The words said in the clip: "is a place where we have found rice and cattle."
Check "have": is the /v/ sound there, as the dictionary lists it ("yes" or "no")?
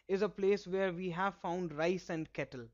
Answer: yes